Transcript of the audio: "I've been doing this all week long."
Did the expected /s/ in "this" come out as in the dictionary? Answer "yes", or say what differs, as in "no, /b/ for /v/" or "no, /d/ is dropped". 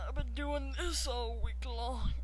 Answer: yes